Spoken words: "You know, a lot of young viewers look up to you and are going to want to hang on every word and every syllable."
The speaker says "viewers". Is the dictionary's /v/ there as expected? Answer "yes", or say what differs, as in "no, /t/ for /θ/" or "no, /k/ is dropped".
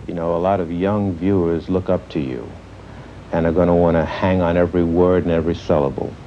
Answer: yes